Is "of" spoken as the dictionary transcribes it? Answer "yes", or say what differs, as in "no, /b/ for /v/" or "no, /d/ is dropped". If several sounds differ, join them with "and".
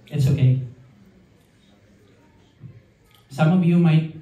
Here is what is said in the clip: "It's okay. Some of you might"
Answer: no, /b/ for /v/